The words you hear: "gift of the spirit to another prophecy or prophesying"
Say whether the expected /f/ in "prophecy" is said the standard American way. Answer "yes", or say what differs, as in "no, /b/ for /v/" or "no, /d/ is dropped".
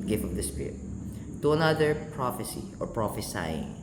yes